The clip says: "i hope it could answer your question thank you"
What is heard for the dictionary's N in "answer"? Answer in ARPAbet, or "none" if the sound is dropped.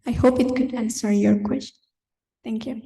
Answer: N